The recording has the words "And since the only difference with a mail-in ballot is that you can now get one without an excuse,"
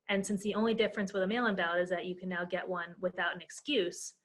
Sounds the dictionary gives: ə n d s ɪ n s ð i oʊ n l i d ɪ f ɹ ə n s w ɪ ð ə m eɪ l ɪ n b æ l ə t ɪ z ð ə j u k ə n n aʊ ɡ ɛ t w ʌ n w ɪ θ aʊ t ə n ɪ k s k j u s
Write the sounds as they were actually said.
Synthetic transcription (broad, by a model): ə n s ɪ n s ð i oʊ n l i d ɪ f ɹ ə n s w ɪ ð ə m eɪ l ɪ n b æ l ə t ɪ z ð ə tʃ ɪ k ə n n aʊ ɡ ɛ t w ʌ n w ɪ θ aʊ t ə n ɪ k s k j u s